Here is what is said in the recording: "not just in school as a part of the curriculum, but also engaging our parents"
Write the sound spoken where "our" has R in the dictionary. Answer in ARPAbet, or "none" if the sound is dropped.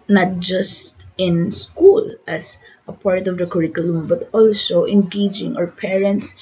R